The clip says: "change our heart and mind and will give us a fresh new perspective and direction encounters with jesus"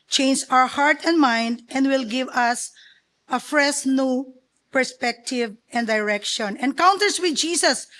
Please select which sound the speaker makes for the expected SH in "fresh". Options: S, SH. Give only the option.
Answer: S